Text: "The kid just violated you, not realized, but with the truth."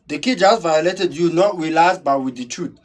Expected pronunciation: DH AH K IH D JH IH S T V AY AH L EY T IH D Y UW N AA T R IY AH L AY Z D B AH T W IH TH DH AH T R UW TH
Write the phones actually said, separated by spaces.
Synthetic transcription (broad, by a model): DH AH K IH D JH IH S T V AY AH L EY T IH D Y UW N AA T W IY L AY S B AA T W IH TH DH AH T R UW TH